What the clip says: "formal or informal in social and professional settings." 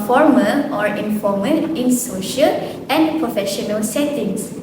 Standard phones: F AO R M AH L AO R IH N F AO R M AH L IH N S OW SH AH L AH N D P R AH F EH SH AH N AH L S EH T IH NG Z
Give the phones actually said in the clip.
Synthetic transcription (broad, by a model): F AO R M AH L AO R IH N F AO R M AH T IH N S OW SH AH L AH N P R AH F EH SH AH N AH L S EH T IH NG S